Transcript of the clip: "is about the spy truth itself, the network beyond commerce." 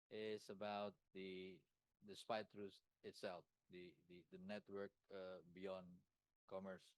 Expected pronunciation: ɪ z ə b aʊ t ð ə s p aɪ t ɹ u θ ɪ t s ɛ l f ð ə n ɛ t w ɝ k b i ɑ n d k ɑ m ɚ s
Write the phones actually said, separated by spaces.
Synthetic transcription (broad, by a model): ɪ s ə b aʊ t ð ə s p aɪ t ɹ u s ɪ t s ɛ l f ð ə n ɛ t w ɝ k b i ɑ n d k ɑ m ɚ s